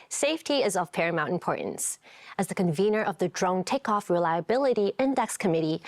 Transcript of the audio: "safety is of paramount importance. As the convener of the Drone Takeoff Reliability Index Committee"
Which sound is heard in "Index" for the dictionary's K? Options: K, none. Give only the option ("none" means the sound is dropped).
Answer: K